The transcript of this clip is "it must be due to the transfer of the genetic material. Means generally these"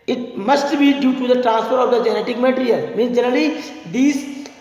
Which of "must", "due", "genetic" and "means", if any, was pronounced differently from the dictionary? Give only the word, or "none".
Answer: means